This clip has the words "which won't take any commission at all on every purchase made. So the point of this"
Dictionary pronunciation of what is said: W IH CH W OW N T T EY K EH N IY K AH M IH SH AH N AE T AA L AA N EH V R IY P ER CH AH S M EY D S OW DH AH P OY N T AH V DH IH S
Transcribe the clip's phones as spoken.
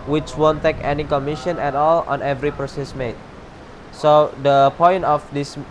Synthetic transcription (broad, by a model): W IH CH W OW N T T EY K EH N IY K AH M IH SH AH N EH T AA L AA N EH V R IY P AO S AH S M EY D S OW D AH P OY N T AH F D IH S